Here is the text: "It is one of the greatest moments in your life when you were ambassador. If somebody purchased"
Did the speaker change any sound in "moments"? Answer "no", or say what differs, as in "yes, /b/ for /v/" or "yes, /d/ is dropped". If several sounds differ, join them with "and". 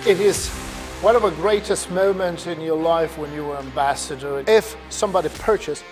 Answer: yes, /s/ is dropped